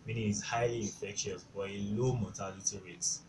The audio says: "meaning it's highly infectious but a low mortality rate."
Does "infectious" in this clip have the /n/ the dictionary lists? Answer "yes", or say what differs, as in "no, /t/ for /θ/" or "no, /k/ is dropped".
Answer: no, /n/ is dropped